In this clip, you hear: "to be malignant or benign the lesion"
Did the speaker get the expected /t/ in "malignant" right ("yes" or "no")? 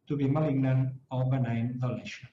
no